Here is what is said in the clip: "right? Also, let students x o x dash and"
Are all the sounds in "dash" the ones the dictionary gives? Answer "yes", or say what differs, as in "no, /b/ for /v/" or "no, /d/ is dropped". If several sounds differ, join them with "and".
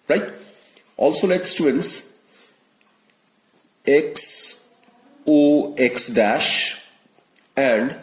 yes